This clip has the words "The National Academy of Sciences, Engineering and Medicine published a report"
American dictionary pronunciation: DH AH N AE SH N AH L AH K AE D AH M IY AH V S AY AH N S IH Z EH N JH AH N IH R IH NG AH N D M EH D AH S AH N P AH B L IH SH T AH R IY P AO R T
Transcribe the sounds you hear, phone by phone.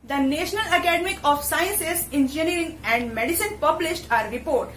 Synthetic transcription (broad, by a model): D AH N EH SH N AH L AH K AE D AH M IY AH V S AY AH N S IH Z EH N JH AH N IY R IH NG AH N D M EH D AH S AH N P AH B L IH SH T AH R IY P AO R T